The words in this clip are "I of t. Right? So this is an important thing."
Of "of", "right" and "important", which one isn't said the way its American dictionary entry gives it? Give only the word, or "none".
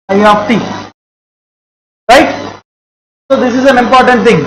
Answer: of